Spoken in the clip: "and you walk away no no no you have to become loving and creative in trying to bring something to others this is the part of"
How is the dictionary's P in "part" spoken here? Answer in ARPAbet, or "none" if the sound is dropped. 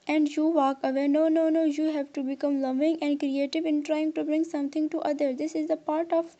P